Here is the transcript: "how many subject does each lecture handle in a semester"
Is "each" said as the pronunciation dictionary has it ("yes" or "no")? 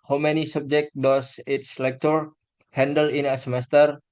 no